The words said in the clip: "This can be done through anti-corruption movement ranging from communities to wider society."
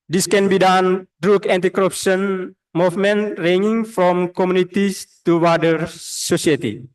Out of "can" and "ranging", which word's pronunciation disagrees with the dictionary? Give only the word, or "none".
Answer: ranging